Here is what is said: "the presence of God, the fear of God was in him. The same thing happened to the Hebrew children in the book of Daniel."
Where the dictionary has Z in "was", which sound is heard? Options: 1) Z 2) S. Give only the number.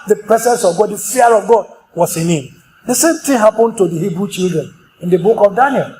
2